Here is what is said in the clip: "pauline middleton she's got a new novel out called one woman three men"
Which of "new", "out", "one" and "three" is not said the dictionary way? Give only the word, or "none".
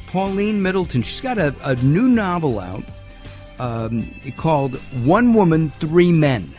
none